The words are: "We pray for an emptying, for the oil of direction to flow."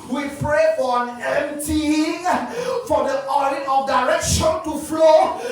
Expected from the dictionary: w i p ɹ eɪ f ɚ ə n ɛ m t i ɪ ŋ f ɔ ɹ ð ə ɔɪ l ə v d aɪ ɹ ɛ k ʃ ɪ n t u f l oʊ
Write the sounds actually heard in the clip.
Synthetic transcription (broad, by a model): w i p ɹ eɪ ə n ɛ m t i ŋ f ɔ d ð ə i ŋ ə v d aɪ ɹ ɛ k ʃ ɪ n t u f l oʊ